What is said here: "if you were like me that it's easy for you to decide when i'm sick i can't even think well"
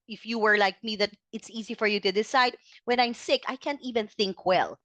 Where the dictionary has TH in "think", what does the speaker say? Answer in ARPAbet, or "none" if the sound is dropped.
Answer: TH